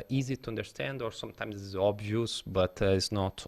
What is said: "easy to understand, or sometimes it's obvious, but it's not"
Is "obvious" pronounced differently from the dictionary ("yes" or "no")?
no